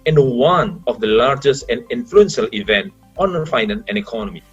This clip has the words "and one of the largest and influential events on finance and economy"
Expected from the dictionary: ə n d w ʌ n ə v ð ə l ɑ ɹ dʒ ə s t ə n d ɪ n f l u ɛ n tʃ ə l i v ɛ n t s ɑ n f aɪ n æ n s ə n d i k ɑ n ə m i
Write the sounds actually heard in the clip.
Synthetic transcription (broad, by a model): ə n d w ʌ n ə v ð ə l ɑ ɹ dʒ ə s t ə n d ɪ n f l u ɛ n ʃ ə l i v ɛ n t ɑ n f aɪ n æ n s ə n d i k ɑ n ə m i